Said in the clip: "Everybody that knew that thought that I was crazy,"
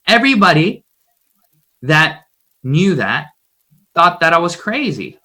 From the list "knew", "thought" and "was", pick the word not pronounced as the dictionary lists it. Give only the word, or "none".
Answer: none